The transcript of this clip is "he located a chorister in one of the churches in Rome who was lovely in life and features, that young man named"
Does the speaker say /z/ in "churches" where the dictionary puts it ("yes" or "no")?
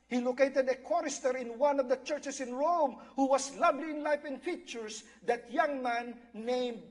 no